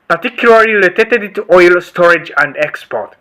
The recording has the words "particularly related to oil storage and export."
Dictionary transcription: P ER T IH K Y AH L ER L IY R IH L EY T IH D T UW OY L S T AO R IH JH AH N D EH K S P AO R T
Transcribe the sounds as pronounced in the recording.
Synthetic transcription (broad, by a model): P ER T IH K Y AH L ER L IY L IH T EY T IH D T UW OY L S T AO R IH JH AH N D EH K S P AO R T